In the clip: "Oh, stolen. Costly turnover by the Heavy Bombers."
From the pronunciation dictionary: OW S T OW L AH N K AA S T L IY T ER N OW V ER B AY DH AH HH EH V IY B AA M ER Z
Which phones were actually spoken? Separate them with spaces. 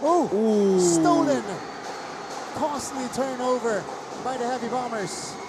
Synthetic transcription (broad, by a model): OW S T OW N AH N K AA S T L IY T ER N OW V ER B AY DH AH HH EH V IY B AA M ER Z